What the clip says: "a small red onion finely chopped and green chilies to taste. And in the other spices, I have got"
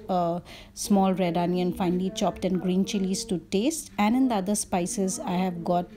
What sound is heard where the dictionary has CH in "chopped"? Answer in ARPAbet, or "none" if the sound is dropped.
CH